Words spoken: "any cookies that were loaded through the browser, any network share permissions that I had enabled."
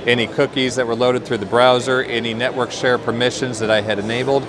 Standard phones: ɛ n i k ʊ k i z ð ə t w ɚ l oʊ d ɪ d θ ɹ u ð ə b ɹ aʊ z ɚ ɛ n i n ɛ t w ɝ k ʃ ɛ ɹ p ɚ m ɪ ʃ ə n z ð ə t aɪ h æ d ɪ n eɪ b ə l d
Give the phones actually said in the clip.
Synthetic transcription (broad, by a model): ɛ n i k ʊ k i z ð ə t w ɚ l oʊ d ɪ d θ ɹ u ð ə b ɹ aʊ z ɚ ɛ n i n ɛ t w ɝ k ʃ ɛ ɹ p ɚ m ɪ ʃ ə n z ð ə t aɪ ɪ d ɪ n eɪ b l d